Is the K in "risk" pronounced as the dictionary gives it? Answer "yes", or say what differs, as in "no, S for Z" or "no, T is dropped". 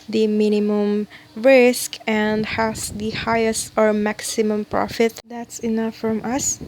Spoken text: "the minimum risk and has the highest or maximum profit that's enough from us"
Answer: yes